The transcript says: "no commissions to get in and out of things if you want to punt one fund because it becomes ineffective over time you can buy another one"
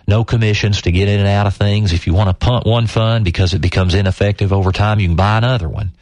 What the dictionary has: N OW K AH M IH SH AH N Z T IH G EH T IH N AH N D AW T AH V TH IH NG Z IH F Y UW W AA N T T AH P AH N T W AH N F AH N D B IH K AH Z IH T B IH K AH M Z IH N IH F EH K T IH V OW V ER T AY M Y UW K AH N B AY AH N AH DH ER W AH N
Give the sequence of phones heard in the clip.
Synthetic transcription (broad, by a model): N OW K AH M IH SH AH N Z T IH G EH T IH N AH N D AW T AH V TH IH NG Z IH F Y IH W AA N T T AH P AH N T W AH N F AH N B IH K AH Z IH T B IH K AH M Z IH N IH F EH K T IH V OW V ER T AY M Y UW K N B AY AH N AH DH ER W AH N